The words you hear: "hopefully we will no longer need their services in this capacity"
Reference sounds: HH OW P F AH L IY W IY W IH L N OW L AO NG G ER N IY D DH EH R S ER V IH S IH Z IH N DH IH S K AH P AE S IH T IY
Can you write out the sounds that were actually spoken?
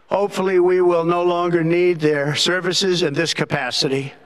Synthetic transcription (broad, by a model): HH OW P F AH L IY W IY W IH L N OW L AO NG G ER N IY D DH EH R S ER V IH S IH Z IH N DH IH S K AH P AE S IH T IY